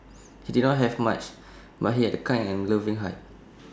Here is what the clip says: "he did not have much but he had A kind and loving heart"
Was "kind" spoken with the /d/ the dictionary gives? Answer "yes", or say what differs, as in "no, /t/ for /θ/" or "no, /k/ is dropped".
no, /d/ is dropped